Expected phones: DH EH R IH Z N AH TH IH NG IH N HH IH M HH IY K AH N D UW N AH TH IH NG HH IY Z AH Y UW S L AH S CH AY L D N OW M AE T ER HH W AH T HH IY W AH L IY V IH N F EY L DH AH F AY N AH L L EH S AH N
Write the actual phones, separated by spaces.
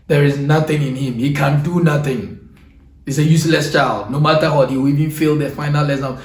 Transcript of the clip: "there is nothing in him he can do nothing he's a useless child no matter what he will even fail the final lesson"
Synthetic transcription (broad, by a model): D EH R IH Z N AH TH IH NG IH N HH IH M HH IY K AH N D UW N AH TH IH NG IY S AH Y UW S L AH S CH AY L D N OW M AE T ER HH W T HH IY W IY V IH N F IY L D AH F AY N AH L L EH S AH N